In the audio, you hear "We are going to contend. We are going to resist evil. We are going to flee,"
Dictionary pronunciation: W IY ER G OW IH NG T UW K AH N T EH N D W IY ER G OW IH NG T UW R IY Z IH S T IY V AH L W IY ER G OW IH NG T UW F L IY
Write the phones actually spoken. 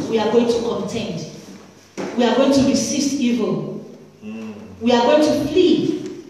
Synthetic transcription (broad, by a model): W IY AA G OW IH NG T UW K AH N T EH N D W IY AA G OW IH NG T UW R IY S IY S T IY V AH L W IY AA G OW IH NG T UW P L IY